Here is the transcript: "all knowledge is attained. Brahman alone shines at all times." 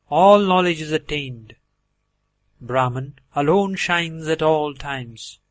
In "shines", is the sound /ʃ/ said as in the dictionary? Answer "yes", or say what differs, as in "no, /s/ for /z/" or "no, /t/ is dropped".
yes